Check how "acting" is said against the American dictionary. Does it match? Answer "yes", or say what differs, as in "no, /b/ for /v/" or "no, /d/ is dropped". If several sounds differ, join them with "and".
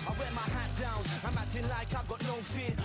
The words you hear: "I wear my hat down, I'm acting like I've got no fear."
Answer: no, /k/ is dropped